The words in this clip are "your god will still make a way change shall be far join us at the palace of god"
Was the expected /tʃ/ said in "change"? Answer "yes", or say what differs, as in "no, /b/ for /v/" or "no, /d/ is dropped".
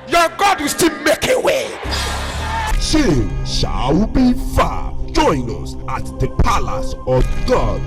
no, /ʃ/ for /tʃ/